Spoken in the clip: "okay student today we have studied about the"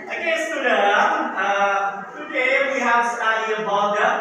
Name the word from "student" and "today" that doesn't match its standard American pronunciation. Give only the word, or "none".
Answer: student